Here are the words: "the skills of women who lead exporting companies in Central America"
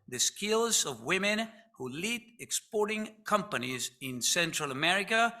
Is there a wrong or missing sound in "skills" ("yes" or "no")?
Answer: no